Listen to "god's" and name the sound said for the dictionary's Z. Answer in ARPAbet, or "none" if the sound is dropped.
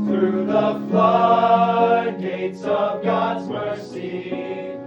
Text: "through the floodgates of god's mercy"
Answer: Z